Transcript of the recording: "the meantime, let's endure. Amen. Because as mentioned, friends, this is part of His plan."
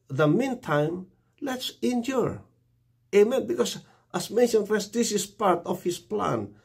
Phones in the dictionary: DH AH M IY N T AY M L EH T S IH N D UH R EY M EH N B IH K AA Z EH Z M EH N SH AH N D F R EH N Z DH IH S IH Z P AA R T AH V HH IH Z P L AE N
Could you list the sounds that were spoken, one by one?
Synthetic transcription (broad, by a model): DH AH M IY N T AY M L EH T S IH N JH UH R EY M EH N B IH K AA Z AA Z M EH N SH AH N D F EH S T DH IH S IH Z P AA R T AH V HH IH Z P L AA N